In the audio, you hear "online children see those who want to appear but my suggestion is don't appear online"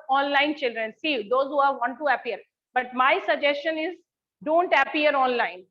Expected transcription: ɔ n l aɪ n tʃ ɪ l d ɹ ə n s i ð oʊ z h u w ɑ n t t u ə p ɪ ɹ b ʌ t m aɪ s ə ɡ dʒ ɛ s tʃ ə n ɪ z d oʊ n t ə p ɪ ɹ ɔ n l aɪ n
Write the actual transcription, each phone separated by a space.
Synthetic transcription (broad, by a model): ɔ n l aɪ n tʃ ɪ l d ɹ ə n s i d oʊ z h u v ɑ n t t u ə p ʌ ɹ b ʌ t m aɪ s ə ɡ dʒ ɛ s tʃ ə n ɪ z d oʊ n t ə p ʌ ɹ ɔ n l aɪ n